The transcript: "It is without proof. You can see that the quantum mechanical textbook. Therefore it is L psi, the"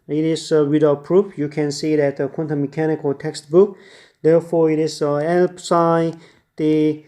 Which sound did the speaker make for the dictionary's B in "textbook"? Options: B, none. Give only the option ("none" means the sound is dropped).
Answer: B